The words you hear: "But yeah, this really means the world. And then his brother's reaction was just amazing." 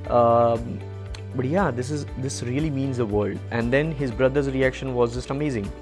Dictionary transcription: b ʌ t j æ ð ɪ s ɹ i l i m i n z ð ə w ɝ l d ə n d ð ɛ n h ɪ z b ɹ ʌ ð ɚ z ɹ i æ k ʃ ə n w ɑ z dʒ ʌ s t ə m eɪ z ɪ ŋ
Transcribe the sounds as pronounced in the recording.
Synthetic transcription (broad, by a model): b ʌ t j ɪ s ɪ s ɹ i l i m i n z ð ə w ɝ l d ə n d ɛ n h ɪ z b ɹ ʌ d ɚ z ɹ i æ k ʃ ə n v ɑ z dʒ ʌ s t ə m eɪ z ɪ ŋ